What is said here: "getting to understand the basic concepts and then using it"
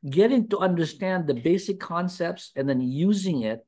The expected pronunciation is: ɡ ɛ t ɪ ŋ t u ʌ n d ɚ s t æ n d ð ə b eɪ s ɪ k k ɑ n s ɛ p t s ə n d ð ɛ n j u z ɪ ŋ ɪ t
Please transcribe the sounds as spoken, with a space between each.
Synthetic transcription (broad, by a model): ɡ ɛ t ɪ ŋ t u ʌ n d ɚ s t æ n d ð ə b eɪ s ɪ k k ɑ n s ɛ p t s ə n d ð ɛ n j u z ɪ ŋ ɪ t